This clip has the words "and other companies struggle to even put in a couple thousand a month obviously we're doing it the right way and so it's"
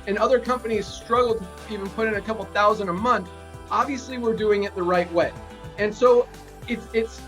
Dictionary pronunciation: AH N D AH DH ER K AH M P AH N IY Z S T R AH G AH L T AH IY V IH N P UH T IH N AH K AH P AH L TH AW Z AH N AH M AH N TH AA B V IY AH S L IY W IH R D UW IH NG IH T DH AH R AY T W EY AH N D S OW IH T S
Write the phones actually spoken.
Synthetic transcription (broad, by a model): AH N AH DH ER K AH M P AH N IY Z S T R AH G L T AH IY V IH N P UH T IH N AH K AH P L TH AW Z AH N AH M AH N TH AA B V IY AH S L IY W IH R D UW IH NG IH T DH AH R AY T W EY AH N S OW IH T S